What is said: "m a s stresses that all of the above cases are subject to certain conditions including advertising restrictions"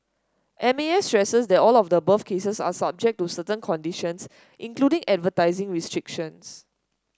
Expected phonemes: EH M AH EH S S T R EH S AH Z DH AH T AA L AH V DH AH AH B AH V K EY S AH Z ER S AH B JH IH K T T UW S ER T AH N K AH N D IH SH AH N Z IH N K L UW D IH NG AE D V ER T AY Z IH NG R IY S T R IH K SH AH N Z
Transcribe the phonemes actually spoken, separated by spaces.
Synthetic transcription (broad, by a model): EH M AH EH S S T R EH S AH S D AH T AA L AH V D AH AH B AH F K EY S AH S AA S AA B JH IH K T T UW S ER T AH N K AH N D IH SH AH N S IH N K L UW D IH NG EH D V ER T AY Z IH NG R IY S T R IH K SH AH N S